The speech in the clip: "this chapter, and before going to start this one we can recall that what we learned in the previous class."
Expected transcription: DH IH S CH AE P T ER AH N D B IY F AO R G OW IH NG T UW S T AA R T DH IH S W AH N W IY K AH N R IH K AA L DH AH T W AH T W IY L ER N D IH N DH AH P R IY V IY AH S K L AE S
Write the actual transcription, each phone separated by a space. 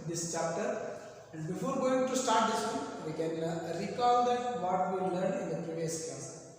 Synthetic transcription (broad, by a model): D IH S CH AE P T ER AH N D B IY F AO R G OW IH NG T UW S T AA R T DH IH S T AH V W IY K AH N R IH K AA L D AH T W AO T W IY L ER N IH N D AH P R IY V IY AH S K L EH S